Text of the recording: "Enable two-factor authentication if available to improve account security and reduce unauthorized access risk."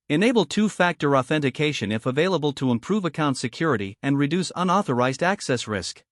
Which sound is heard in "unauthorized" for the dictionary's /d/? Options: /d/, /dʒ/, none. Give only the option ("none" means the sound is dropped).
/d/